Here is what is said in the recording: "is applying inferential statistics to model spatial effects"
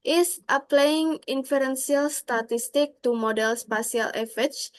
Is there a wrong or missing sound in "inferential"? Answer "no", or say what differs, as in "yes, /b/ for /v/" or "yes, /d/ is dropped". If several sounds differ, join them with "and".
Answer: yes, /s/ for /ʃ/